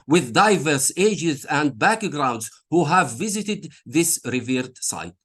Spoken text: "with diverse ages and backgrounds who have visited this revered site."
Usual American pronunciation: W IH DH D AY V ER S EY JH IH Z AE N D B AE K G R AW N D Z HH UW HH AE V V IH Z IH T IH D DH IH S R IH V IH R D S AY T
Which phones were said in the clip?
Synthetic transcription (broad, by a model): W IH DH D AY V ER S EY JH IH Z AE N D B AE K G R AW N D Z HH UW HH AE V V IH Z IH T IH D DH IH S R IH V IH R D S AY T